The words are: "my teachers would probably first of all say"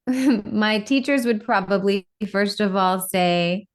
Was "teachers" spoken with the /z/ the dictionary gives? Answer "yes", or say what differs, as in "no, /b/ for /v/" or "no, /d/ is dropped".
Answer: yes